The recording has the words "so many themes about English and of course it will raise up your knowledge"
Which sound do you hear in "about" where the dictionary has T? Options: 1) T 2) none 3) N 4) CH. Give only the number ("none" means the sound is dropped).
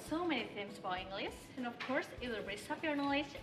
2